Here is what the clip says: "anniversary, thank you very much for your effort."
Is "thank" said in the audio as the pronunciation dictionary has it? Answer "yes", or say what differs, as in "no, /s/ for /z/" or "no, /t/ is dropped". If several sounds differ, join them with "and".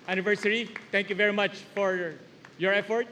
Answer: no, /t/ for /θ/